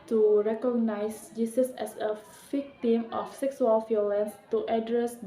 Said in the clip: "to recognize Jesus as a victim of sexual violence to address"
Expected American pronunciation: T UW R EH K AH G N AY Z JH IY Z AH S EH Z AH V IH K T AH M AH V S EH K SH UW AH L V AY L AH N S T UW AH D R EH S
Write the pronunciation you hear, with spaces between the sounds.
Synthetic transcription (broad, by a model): T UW R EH K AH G N AY S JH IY S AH S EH S AH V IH K T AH M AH F S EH K S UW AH L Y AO L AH N S T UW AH D R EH S